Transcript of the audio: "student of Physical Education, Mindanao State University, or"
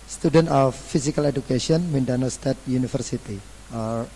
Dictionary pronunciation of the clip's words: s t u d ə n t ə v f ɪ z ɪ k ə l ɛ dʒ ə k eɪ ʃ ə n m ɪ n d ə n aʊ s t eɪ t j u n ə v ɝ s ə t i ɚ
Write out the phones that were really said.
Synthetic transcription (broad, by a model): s t u d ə n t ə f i s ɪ k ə l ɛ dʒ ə k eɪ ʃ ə n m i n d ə n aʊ s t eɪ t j u n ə f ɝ s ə t i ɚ